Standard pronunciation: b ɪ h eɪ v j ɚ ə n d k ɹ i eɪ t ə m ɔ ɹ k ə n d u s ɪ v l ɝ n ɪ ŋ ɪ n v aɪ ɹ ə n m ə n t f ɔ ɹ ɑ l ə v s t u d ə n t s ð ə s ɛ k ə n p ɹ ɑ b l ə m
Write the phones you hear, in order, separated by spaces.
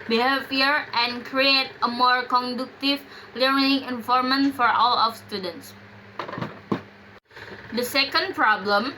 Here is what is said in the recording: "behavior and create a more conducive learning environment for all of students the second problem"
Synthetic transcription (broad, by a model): b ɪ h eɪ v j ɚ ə n k ɹ i eɪ t ə m ɔ ɹ k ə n d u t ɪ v l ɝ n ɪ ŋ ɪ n f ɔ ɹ m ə n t f ɔ ɹ ɑ l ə f s t u d ə n t s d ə s ɛ k ə n p ɹ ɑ b l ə m